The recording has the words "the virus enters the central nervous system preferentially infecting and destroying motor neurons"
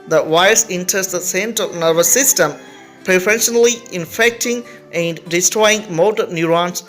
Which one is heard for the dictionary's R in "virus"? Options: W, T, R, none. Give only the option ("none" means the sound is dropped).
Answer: none